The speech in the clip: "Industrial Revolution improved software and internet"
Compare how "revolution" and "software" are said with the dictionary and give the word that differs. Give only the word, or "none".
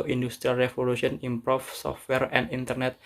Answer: revolution